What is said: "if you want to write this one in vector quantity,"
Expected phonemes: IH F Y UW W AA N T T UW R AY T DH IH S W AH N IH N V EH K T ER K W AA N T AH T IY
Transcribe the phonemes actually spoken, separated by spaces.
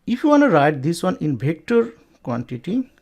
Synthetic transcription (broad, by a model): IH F Y UW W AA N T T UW R AY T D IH S W AH N IH N B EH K T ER K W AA N T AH T IY